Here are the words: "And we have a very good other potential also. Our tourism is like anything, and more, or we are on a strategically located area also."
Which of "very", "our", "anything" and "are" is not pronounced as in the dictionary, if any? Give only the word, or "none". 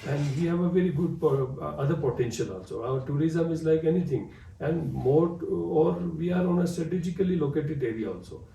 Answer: anything